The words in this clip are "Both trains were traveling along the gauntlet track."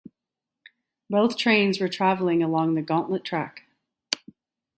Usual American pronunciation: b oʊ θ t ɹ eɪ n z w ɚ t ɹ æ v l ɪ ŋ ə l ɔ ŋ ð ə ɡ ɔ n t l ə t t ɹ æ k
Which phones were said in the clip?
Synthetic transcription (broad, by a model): b oʊ θ t ɹ eɪ n z w ɚ t ɹ æ v l ɪ ŋ ə l ɔ ŋ ð ə ɡ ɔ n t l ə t t ɹ æ k